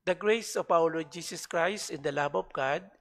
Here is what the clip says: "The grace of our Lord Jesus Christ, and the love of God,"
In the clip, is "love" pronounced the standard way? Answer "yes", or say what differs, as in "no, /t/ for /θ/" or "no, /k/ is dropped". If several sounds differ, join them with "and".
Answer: no, /b/ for /v/